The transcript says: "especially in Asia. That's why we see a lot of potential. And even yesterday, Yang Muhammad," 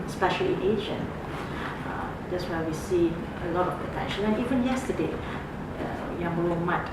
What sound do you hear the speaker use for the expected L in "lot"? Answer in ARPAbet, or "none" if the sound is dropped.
L